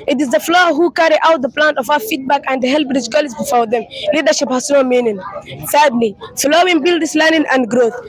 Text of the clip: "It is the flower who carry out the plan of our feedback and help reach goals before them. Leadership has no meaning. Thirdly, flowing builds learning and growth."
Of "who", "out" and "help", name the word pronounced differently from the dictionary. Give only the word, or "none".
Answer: help